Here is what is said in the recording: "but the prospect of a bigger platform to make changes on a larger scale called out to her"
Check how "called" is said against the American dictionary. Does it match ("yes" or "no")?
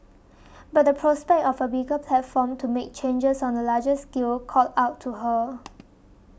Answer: no